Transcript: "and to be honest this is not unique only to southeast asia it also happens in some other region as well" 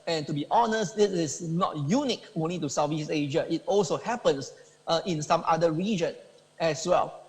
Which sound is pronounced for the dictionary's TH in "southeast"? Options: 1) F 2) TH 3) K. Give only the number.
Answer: 1